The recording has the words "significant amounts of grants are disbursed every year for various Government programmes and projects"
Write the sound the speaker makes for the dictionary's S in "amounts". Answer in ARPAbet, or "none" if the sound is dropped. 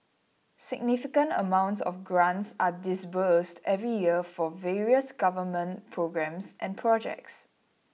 S